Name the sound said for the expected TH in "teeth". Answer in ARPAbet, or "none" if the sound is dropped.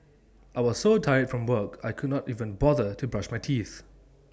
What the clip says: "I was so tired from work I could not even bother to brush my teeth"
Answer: TH